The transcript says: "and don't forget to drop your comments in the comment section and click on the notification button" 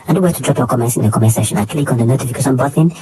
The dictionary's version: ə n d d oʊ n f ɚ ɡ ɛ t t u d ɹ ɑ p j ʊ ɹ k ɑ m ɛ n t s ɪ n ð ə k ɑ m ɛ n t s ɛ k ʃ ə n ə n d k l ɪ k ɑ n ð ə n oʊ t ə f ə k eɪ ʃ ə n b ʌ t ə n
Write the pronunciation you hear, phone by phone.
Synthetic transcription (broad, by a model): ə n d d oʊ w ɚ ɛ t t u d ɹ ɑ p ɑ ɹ k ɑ m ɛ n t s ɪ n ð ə k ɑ m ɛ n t s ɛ ʃ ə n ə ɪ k l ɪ k ɑ n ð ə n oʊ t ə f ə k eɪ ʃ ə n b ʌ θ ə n